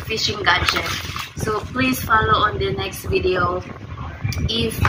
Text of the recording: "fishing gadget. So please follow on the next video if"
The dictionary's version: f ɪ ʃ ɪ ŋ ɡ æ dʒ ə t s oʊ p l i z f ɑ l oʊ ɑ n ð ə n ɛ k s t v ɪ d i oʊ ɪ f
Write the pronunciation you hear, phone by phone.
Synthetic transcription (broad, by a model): f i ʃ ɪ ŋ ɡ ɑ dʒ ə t s oʊ p l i s f ɑ l oʊ ɑ n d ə n ɛ k s t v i d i oʊ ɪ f